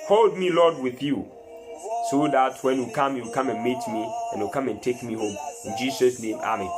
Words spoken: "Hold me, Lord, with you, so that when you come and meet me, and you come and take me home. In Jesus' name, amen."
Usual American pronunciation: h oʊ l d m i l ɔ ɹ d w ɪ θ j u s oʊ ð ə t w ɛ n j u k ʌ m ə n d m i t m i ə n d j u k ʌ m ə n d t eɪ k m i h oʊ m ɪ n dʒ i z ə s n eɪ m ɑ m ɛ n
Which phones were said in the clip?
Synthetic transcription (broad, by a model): h oʊ l d m i l ɔ d w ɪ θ j u s oʊ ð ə t w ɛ n j u k ʌ m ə n m i t m i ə n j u k ʌ m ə n t eɪ k m i h oʊ m ɪ n dʒ i s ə s n eɪ m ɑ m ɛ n